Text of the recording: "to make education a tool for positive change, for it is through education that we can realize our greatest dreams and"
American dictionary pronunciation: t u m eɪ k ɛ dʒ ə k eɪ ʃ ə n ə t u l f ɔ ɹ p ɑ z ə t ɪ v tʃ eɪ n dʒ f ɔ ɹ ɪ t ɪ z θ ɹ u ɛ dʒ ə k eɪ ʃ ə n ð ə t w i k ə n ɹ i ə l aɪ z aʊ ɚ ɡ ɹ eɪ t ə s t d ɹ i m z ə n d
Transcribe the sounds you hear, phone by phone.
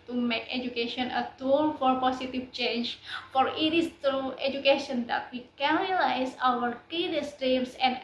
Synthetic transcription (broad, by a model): t u m eɪ k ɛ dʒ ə k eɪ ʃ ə n ə t u l f ɔ ɹ p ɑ s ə t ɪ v tʃ eɪ n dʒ f ɔ ɹ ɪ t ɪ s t ɹ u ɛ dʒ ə k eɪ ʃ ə n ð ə t w i k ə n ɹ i l aɪ s aʊ ɚ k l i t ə s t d i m s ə n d